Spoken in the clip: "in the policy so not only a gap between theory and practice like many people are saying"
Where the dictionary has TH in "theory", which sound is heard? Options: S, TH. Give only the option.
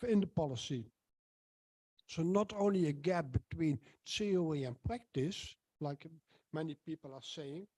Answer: S